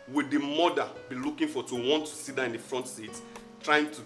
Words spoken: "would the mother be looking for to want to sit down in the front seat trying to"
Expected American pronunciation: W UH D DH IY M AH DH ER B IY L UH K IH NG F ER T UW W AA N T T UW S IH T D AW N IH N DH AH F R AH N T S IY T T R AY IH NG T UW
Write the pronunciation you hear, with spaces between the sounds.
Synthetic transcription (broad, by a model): W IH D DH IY M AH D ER B IY L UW K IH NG F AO T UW W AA N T T UW S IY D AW IH N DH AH F R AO N T S IY T T R AY IH NG T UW